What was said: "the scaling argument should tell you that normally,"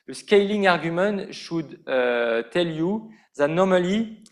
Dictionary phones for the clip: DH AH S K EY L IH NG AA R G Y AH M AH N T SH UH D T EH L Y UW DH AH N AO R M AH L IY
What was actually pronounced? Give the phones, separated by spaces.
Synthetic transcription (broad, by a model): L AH S K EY L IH NG AA R G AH M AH T SH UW D T EH L Y UW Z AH N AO R M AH L IY